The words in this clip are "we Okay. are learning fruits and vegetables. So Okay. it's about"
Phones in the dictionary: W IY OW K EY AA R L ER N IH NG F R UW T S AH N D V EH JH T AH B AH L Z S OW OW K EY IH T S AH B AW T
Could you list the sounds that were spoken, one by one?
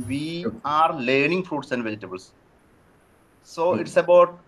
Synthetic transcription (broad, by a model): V IY AA R L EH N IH NG F R UW T S AH N D V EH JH T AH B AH L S S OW OW IH T S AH B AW T